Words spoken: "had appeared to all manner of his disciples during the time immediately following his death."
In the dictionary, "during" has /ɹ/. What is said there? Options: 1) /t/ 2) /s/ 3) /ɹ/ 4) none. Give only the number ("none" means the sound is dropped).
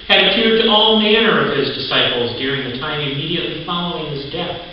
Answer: 3